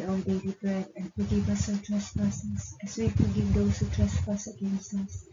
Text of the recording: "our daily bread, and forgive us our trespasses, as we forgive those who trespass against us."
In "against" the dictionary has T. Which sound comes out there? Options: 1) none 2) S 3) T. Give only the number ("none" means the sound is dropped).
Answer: 3